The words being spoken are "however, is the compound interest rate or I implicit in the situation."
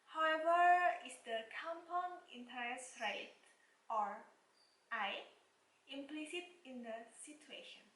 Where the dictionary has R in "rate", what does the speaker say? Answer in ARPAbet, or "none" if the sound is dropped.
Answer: R